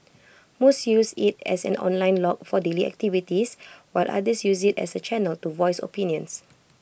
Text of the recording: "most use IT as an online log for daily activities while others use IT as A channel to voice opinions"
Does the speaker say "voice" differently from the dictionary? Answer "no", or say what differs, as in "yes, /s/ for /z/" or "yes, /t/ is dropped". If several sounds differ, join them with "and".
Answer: no